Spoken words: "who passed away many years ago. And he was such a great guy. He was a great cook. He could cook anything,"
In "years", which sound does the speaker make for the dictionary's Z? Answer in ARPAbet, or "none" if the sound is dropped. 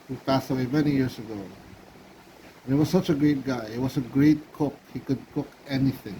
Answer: S